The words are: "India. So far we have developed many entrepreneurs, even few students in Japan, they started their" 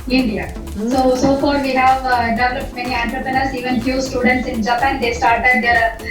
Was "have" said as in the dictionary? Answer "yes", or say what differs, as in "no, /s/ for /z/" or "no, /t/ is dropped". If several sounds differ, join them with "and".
yes